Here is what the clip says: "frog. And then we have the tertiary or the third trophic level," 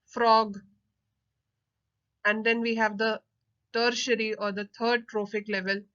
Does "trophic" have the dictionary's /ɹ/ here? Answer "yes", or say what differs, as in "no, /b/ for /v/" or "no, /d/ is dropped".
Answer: yes